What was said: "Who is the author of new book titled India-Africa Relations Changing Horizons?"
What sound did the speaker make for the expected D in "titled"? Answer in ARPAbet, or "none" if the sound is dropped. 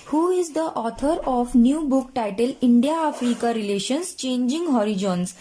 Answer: none